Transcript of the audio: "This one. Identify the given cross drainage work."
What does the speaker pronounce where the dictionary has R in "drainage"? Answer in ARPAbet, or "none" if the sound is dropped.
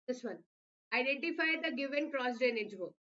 none